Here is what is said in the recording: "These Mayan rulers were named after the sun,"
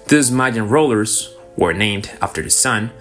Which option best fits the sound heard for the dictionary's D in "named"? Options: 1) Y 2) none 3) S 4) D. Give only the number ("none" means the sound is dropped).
4